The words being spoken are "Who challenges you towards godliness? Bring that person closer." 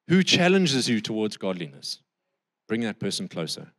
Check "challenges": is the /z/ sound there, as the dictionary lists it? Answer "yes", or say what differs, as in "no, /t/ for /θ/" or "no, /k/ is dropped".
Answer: yes